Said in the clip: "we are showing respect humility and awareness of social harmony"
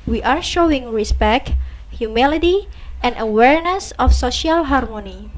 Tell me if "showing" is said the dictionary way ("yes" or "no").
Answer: yes